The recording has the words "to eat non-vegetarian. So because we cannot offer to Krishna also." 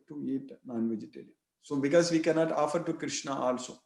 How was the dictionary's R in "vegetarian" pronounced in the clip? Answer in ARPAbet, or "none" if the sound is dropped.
L